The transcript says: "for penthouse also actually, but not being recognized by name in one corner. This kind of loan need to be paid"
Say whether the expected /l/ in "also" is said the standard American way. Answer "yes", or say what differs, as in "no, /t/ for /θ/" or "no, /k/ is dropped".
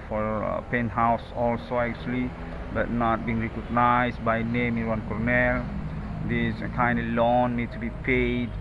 yes